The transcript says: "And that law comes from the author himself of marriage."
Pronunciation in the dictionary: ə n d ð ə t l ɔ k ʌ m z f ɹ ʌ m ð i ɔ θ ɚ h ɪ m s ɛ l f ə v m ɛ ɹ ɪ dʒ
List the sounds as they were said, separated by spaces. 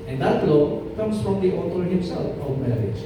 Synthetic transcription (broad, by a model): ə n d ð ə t l ɔ k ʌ m s f ɹ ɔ m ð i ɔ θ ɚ h ɪ m s ɛ l f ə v m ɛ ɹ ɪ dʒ